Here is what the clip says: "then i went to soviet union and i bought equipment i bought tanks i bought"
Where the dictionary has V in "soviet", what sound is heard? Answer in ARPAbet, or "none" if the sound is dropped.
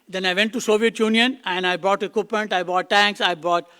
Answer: V